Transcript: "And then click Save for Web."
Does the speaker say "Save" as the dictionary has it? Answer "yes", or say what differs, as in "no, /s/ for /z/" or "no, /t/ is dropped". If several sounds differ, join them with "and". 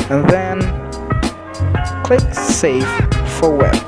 no, /f/ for /v/